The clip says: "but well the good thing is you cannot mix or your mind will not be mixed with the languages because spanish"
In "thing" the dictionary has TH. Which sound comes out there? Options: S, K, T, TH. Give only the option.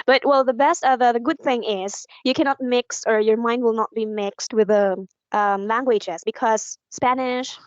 TH